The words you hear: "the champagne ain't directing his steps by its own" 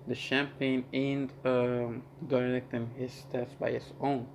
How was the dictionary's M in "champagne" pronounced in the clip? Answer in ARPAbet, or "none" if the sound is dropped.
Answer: M